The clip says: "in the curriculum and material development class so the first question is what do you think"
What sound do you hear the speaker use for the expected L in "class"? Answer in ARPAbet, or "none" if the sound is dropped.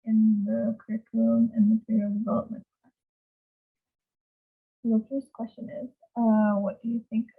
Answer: none